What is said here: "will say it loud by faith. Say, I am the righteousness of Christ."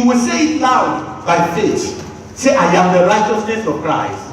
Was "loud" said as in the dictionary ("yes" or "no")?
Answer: no